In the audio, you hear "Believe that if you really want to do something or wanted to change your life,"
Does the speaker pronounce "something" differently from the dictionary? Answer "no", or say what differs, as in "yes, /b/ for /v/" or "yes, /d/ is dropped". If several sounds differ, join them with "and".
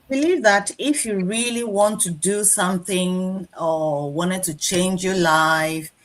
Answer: no